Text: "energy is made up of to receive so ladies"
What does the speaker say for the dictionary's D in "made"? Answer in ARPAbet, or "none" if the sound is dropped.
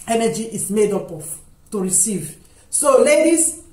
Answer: D